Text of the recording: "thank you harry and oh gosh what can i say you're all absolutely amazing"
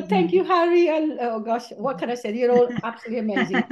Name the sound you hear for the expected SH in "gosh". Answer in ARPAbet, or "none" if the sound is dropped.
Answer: SH